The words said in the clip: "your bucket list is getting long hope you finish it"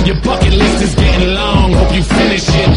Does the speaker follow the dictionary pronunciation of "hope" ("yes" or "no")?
no